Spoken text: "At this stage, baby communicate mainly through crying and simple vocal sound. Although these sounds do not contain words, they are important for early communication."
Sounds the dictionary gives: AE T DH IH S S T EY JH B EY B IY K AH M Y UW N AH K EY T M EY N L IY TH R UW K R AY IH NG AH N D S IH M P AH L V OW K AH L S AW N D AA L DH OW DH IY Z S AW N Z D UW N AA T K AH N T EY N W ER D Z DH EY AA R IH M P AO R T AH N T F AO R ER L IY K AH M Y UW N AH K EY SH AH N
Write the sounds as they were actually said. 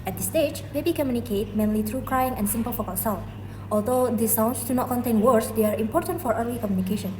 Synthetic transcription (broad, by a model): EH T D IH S S T EY JH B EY B IY K AH M Y UW N AH K EY T M EY N L IY T R UW K R AY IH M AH N S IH M P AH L F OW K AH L S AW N AA L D OW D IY S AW N S D UW N AA T K AH N T EY N W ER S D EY AA R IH M P AO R T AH N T F AO R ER L IY K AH M Y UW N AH K EY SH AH N